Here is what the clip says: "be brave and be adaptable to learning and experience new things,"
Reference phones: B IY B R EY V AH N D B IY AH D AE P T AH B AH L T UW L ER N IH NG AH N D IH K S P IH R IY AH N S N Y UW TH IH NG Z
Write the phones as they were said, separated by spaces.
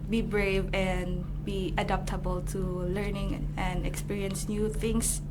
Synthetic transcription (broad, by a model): B IY B R EY V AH N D B IY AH D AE P T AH B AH L T UW L ER N IH NG AH N D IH K S P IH R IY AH N S N Y UW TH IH NG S